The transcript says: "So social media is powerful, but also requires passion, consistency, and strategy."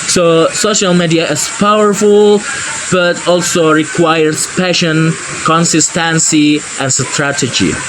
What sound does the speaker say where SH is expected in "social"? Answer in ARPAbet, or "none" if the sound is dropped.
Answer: SH